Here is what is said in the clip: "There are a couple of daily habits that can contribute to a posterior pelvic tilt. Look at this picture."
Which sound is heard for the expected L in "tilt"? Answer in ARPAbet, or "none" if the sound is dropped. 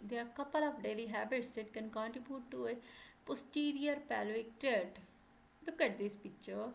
none